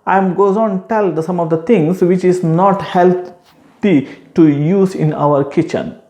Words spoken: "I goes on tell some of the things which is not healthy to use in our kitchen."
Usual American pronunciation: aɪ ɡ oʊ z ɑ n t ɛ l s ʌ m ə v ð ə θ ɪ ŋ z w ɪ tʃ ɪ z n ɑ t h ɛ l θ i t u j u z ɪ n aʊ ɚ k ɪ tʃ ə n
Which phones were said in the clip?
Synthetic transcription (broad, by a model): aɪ ɡ oʊ z ɑ n t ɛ l s ʌ m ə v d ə t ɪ ŋ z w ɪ tʃ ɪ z n ɑ t h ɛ l t i t u j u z ɪ n aʊ ɚ k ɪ tʃ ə n